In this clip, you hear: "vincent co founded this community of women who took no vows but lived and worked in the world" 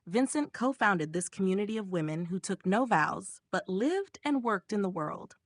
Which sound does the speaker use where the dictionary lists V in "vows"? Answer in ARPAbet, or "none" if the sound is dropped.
V